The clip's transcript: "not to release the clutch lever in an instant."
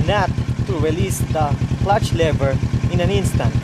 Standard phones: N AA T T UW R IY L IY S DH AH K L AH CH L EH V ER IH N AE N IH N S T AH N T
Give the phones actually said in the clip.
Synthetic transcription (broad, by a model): N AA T T UW R IY L IY S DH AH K L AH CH L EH B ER IH N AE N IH N S T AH N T